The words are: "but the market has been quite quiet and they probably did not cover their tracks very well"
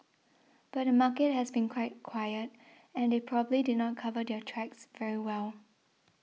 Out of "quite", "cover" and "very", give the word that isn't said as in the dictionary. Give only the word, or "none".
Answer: none